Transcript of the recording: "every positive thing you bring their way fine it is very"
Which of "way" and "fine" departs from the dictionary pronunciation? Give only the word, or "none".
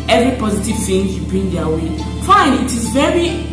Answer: none